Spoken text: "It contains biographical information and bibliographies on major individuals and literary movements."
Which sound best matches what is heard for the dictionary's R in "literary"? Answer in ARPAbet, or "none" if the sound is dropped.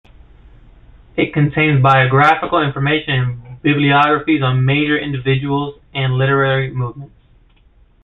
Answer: R